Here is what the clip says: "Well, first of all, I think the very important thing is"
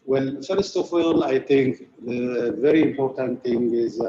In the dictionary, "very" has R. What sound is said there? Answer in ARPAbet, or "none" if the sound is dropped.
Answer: R